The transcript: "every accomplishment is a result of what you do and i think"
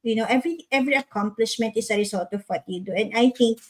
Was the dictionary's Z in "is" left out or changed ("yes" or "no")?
yes